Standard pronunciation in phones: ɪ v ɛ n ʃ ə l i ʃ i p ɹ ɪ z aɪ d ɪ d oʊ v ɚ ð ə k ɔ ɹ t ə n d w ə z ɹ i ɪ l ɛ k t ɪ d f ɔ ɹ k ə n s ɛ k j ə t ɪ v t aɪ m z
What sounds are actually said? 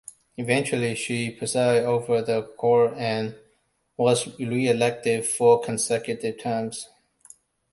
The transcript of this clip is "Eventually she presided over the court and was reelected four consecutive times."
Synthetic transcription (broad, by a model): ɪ v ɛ n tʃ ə l i ʃ i p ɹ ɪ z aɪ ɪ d oʊ v ɚ ð ə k ɔ ɹ ə n w ə z ɹ i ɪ l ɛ k t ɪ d f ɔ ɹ k ə n s ɛ k j ə t ɪ v t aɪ m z